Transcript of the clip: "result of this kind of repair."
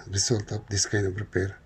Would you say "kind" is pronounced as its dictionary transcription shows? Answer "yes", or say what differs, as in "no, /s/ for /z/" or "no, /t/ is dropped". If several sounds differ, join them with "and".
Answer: no, /d/ is dropped